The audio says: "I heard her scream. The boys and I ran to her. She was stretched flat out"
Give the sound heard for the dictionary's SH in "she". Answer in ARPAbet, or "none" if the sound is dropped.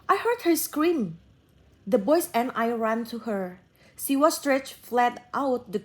S